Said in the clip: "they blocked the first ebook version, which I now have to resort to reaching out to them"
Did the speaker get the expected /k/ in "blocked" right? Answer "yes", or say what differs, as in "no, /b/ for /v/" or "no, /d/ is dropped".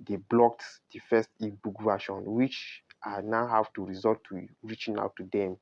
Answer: yes